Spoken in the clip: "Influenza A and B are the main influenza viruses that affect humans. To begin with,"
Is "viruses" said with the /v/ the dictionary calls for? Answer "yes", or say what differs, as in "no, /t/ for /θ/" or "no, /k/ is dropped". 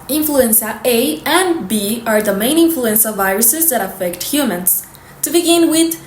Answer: yes